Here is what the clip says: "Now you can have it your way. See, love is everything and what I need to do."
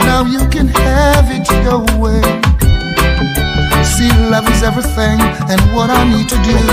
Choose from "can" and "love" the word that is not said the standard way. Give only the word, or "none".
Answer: none